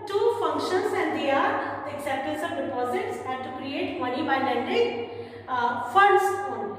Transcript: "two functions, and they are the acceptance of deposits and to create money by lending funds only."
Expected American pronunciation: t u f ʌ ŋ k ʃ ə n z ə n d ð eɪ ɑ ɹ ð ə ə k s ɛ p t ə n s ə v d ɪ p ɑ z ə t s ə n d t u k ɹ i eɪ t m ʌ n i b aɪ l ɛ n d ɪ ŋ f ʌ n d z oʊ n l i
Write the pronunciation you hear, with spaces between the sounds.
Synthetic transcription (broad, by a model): t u f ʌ ŋ k ʃ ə n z ə n d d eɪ ɑ ɹ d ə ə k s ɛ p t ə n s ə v d ɪ p ɑ z ə t s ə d t u k ɹ i eɪ t m ʌ n i b aɪ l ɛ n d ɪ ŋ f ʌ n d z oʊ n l